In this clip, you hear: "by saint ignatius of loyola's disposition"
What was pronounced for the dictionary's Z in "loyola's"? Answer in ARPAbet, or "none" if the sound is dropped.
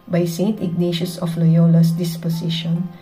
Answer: S